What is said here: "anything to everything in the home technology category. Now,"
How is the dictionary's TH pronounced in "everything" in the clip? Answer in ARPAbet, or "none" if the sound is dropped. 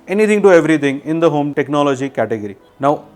T